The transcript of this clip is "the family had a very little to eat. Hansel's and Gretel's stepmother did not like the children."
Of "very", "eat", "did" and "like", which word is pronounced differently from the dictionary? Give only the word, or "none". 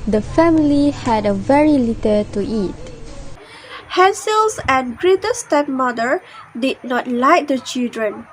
none